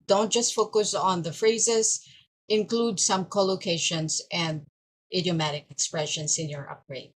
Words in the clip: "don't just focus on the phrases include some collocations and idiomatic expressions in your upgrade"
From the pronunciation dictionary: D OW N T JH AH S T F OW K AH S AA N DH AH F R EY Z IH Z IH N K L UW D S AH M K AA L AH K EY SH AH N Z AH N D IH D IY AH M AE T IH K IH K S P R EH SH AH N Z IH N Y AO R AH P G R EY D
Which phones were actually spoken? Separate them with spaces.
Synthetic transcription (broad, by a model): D OW N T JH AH S T F OW K AH S AA N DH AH F R EY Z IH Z IH N K L UW D S AH M K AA L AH K EY SH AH N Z AH N D IH D IY AH M AE T IH K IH K S P R EH SH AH N S IH N Y AO R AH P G R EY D